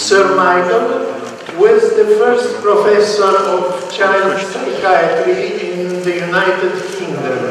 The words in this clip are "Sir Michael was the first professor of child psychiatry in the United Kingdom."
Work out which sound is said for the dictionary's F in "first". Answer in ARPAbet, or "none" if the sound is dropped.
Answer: F